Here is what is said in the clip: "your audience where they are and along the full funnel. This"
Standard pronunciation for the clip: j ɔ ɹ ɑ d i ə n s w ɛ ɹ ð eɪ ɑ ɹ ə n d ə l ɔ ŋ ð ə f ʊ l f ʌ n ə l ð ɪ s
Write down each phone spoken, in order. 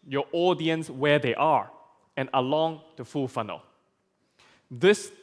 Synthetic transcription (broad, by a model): j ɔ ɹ ɑ d i ə n s w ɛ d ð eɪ ɑ ɹ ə n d ə l ɔ ŋ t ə f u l f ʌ n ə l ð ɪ s